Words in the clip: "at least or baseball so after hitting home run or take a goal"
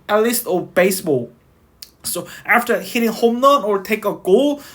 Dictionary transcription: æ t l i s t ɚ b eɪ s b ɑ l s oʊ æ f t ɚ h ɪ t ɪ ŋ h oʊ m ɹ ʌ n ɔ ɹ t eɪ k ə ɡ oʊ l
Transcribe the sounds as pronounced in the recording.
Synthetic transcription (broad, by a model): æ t l i s t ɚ b eɪ s b ɑ l s oʊ æ f t ɚ h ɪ t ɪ ŋ h oʊ m l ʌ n ɔ ɹ t eɪ k ə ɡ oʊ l